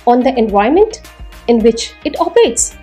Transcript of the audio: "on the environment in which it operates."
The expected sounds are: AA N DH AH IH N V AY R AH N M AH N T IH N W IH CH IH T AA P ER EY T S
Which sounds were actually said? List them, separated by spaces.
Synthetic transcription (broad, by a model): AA N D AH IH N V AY AH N M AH N T IH N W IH CH IH T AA P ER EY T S